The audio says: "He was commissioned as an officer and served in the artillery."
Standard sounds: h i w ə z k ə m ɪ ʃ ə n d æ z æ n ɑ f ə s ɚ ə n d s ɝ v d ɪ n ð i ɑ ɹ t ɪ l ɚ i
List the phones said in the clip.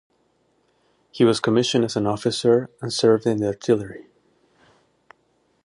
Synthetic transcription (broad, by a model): h i w ə z k ə m ɪ ʃ ə n d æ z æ n ɑ f ə s ɚ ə n s ɝ v d ɪ n ð i ɑ ɹ t ɪ l ɚ i